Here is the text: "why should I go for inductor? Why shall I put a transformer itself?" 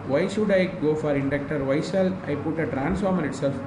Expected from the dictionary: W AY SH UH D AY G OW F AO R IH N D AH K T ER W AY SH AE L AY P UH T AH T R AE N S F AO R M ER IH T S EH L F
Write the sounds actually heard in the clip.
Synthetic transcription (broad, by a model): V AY SH UH D AY G OW F AO R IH N D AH K T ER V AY S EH L AY P UH T AH T R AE N S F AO R M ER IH T S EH L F